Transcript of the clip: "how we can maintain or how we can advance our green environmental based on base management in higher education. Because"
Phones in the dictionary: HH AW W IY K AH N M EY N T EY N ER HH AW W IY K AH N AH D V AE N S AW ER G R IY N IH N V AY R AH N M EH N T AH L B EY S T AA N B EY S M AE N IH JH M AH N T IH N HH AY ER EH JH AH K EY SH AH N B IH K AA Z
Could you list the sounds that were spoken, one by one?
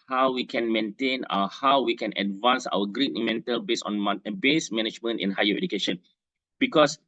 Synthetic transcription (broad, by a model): HH AW W IY K AH N M EY N T EY N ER HH AW W IY K AH N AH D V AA N S AW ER G R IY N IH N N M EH N T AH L B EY S AA N B EY S M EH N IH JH M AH N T IH N HH AY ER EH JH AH K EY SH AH N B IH K AA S